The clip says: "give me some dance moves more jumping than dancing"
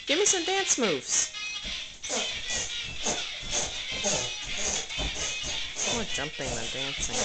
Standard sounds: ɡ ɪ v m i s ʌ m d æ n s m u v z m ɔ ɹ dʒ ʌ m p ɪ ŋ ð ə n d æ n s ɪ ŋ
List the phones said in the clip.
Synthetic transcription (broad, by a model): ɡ ɪ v m i s ʌ m d æ n s m u v z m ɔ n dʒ ʌ m p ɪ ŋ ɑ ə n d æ n s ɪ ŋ